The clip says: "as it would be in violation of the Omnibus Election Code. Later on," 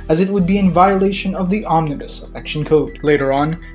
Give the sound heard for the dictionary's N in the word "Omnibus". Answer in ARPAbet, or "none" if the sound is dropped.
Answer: N